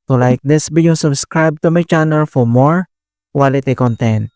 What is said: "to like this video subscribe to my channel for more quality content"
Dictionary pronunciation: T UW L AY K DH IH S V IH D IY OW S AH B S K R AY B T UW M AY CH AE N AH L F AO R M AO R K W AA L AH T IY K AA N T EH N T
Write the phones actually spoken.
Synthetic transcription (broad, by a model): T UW L AY K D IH S B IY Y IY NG S AH B S K R AY B T UW M AY CH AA N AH L F AO R M AO R K W AA L AH T IY K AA N T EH N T